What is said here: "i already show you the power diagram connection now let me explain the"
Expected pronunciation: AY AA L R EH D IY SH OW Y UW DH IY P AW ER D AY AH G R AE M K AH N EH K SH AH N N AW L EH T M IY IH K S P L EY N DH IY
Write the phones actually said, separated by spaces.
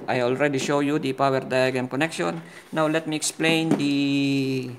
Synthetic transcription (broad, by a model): AY AA L R EH D IY SH OW Y UW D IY P AW ER D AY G AA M K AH N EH K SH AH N N AW L EH T M IY IH K S P L EY N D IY